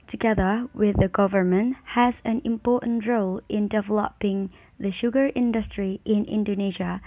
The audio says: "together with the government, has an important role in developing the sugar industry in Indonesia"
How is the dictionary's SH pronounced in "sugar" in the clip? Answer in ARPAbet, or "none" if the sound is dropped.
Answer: SH